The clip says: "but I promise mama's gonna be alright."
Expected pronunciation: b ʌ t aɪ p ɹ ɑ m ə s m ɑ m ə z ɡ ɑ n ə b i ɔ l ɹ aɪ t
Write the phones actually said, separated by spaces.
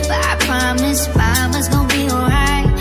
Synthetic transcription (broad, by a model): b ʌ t aɪ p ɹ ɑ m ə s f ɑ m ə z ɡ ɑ ə b i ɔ l ɹ aɪ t